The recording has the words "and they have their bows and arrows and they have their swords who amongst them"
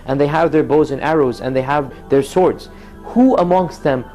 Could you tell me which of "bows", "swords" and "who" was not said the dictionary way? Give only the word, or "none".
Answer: none